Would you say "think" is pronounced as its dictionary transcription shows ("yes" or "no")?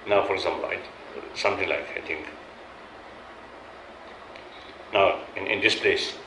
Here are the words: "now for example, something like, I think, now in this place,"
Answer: no